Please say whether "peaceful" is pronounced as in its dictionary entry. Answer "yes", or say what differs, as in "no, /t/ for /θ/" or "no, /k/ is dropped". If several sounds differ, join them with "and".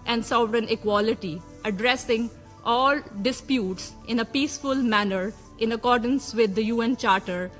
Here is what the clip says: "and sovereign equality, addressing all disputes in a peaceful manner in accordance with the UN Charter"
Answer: yes